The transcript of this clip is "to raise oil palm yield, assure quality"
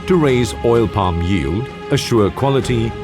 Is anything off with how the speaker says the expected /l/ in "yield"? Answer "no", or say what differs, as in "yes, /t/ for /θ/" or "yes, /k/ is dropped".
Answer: no